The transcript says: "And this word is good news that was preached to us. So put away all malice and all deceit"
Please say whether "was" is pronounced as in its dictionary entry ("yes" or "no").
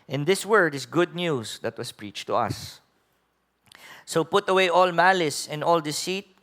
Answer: no